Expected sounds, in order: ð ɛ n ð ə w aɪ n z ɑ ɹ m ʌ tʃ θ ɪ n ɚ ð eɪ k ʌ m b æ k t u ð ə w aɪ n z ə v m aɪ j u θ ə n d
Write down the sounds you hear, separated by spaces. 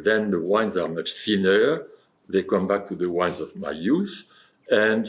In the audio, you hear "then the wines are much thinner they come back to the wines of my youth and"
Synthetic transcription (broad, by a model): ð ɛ n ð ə w aɪ n z ɑ ɹ m ʌ tʃ f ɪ n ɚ ð eɪ k ʌ m b æ k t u ð ə w aɪ n z ə v m aɪ j u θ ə n d